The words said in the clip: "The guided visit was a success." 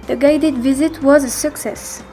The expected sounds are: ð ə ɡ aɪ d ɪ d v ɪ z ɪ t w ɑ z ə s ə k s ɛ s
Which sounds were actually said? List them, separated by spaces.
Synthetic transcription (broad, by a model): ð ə ɡ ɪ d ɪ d v ɪ z ɪ t w ɑ z ə s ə k s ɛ s